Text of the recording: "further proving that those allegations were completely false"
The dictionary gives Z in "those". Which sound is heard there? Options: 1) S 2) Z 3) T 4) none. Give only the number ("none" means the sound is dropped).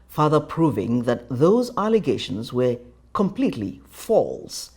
2